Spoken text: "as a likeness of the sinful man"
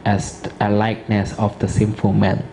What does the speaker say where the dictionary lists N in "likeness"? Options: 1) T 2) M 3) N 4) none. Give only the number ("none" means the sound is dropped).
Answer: 3